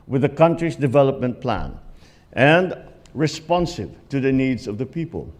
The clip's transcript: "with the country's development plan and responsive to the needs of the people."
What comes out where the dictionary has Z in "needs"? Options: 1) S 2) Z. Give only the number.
2